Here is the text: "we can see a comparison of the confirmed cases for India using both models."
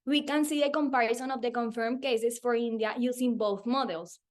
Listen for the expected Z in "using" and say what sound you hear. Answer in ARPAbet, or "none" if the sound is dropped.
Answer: S